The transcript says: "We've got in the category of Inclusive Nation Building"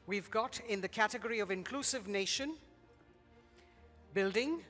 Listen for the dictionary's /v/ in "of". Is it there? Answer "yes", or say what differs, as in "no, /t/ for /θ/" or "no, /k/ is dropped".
yes